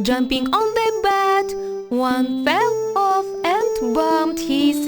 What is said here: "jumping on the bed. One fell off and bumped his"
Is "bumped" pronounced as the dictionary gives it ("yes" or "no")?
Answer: no